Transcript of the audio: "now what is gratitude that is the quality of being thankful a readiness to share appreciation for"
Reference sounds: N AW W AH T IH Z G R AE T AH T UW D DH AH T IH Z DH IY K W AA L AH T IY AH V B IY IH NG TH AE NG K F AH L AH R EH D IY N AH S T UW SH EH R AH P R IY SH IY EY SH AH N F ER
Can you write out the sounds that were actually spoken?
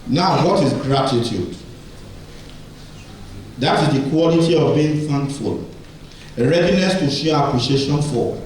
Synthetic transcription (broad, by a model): N AW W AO T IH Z G R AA T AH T UW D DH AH T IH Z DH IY K W AA L AH T IY AH V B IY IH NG F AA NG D F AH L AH R EH D IY N AH S T UW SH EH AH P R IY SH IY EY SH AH N F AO